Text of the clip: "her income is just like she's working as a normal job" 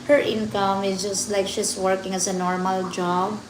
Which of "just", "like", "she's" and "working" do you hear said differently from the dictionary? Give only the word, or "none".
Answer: she's